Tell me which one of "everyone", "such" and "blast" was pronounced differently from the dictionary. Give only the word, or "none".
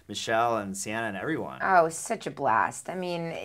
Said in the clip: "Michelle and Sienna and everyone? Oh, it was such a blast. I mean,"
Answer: none